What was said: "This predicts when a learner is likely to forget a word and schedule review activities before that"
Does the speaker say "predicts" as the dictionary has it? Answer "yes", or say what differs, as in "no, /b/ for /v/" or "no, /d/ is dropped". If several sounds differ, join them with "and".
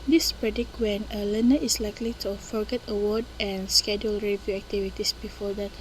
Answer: no, /s/ is dropped